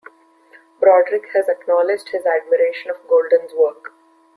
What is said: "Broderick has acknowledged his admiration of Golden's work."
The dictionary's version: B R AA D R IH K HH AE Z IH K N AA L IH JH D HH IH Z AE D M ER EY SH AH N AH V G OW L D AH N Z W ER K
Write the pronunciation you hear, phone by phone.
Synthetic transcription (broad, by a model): B R AA D R IH K HH AE Z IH K N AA L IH JH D HH IH Z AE D M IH EY SH AH N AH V G OW L D AH N Z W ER K